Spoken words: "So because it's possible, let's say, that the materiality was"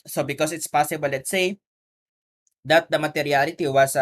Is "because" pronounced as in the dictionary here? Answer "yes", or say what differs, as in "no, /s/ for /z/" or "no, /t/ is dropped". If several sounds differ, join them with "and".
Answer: no, /s/ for /z/